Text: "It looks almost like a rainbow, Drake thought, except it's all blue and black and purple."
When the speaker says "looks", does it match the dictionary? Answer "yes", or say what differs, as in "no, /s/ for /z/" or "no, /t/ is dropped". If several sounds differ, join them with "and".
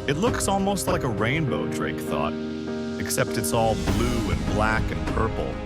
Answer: yes